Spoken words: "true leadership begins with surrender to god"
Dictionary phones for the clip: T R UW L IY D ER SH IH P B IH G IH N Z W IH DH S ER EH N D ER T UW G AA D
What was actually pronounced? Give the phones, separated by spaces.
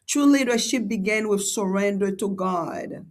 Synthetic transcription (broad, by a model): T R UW L IY D ER SH IH P B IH G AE N W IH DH S ER EH N D ER T UW G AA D